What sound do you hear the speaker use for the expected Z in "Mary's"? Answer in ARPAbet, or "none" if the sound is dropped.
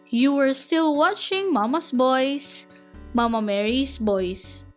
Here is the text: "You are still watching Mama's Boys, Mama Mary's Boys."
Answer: S